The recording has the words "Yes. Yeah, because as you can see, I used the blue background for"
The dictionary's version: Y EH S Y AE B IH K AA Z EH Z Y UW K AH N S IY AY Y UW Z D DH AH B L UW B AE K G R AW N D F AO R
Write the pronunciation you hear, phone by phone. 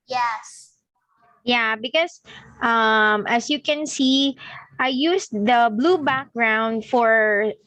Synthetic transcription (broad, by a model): Y EH S Y AE B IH K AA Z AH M Y UW K AH N S IY AY Y UW S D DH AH B L UW B AE K G R AW N D F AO R